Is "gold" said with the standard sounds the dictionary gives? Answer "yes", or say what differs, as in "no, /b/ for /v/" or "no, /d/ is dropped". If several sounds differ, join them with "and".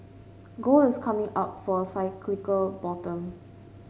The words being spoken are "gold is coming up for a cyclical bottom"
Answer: no, /d/ is dropped